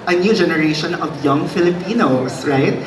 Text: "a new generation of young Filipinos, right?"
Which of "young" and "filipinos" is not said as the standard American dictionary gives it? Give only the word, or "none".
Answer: filipinos